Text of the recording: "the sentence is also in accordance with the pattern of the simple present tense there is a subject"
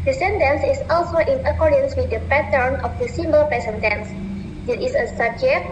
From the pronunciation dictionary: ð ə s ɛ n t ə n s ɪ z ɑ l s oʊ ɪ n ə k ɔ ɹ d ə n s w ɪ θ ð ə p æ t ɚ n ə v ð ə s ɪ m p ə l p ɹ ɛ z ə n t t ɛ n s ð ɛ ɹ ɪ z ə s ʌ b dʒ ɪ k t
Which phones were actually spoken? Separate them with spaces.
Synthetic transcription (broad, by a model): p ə s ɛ n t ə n s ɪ s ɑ l s oʊ ɪ n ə k ɔ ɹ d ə n s w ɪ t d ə p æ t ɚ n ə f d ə s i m b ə l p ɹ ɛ s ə n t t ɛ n s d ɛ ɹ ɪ s ə s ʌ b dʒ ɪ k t